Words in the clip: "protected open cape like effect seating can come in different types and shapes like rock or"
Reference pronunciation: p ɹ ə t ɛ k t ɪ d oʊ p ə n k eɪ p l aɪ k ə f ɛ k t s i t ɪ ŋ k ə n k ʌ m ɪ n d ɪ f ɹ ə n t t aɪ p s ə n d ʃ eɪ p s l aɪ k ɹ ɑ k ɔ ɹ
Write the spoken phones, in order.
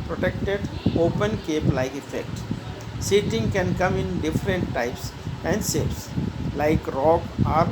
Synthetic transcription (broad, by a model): p ɹ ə t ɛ k t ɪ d oʊ p ə n k eɪ p l aɪ k ə f ɛ k t s i t ɪ ŋ k ə n k ʌ m ɪ n d ɪ f ɹ ə n t t aɪ p s ə n d s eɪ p s l aɪ k ɹ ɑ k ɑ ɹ